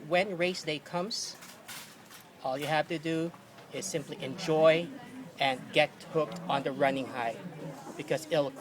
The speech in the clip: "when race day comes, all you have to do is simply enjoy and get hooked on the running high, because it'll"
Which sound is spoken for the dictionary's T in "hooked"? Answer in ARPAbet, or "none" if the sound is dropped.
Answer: T